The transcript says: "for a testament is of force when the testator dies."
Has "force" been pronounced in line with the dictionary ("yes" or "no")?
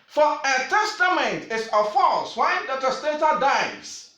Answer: no